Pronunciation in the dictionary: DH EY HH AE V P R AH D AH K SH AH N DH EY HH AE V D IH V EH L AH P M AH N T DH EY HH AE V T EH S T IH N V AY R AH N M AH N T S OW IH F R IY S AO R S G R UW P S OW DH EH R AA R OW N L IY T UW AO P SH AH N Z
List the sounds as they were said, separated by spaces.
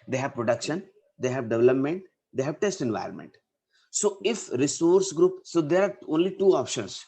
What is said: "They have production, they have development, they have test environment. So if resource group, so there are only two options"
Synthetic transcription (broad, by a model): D EY HH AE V P R AH D AH K SH AH N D EY HH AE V D IH V EH L AH P M AH N T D EY HH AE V T EH S T IH N V AY R AH N M AH N T S OW IH F R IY S AO R S G R UW P S OW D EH R AA R OW N L IY T UW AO P SH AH N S